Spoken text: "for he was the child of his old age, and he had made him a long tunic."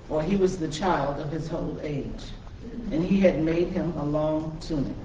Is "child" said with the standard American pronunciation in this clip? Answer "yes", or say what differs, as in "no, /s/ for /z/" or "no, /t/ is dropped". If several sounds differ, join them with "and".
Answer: yes